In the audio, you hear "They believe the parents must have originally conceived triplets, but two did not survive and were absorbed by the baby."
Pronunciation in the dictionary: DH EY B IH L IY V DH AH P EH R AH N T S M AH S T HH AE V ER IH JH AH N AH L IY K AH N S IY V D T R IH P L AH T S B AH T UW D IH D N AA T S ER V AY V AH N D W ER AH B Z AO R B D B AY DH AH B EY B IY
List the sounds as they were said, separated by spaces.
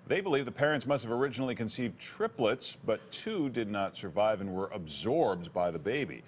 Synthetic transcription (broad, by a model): DH EY B IH L IY V DH AH P EH R AH N T S M AH S T HH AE V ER IH JH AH N L IY K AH N S IY V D T R IH P L AH T S B AH T UW D IH D N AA T S ER V AY V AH N W ER AH B Z AO R B D B AY DH AH B EY B IY